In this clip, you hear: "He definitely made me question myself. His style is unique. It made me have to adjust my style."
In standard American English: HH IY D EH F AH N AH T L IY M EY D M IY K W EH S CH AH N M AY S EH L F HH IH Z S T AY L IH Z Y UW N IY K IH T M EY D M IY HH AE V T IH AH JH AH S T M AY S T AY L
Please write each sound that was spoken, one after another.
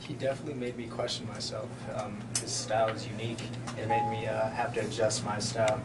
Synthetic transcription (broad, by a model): HH IY D EH F AH N AH T L IY M EY D M IY K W EH S CH N M AY S EH L F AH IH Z S T AY L IH Z Y UW N IY K IH T M EY D M IY HH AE F T IH JH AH S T M AY S T AY L